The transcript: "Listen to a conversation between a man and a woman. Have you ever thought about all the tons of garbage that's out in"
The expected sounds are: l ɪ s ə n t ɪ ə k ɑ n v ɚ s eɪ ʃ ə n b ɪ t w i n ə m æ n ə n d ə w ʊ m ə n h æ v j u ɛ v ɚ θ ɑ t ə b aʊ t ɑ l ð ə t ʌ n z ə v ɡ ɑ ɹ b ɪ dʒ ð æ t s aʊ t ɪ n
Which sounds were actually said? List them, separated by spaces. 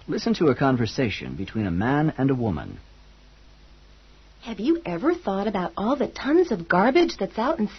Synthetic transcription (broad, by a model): l ɪ s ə n t ɪ ə k ɑ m v ɚ s eɪ ʃ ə n b ɪ t w i n ə m æ n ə n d ə w ʊ m ə n h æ v j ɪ ɛ v ɚ θ ɑ t ə b aʊ t ɑ l ð ə t ʌ n z ə v ɡ ɑ ɹ b ɪ dʒ ð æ t s aʊ t n